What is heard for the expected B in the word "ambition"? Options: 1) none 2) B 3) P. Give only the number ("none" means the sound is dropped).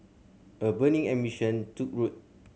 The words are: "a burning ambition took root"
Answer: 1